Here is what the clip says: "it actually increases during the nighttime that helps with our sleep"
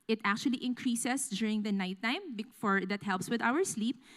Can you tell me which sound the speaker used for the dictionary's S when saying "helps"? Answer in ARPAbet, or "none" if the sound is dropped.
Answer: S